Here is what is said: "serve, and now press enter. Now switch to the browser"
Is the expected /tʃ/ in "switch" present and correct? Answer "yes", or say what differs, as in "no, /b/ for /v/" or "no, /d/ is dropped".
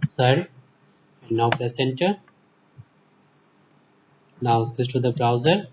no, /s/ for /tʃ/